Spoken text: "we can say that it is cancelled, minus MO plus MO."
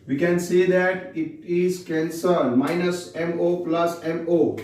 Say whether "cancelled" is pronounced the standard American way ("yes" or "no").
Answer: no